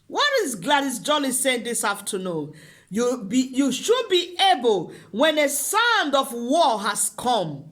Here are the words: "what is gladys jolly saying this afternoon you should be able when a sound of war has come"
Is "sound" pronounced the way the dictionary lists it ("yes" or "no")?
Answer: yes